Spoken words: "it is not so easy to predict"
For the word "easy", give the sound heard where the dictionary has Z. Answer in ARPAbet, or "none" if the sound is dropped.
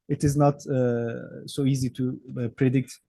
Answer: Z